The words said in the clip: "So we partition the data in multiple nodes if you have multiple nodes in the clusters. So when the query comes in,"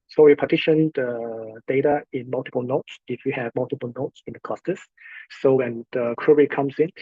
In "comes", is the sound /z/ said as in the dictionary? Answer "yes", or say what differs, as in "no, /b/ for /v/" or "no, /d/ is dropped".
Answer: no, /s/ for /z/